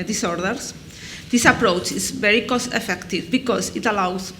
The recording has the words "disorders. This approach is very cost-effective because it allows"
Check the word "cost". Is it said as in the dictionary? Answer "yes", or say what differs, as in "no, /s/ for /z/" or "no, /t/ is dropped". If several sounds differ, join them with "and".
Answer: no, /t/ is dropped